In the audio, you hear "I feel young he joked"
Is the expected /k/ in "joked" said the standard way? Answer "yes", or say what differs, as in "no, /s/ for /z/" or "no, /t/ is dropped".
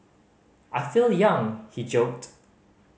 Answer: yes